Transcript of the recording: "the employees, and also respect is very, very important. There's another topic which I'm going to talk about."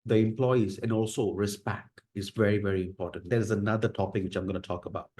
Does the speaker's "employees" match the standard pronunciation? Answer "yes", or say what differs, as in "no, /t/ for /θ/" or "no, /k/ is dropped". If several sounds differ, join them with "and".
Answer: yes